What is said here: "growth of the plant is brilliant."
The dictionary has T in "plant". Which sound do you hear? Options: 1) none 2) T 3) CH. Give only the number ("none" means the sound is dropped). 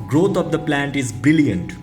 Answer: 2